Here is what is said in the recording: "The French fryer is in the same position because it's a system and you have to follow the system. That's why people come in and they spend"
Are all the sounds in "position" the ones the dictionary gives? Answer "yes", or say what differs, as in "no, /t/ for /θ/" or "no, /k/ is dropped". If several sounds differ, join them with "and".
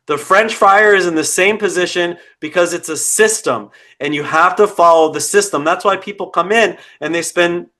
yes